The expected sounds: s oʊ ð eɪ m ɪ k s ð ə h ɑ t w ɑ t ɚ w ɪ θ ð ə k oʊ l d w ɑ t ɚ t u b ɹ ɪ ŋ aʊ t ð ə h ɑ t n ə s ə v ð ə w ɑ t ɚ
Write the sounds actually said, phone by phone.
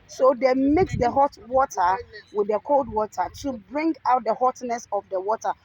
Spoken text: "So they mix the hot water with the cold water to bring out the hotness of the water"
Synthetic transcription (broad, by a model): s oʊ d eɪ m ɪ k s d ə h ɑ t w ɑ t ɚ w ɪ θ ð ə k oʊ l d w ɑ t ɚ t u b ɹ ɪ ŋ aʊ t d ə h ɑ t n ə s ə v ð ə w ɑ t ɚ